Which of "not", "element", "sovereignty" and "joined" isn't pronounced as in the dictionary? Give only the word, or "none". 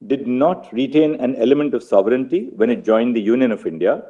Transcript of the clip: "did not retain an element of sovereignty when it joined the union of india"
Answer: none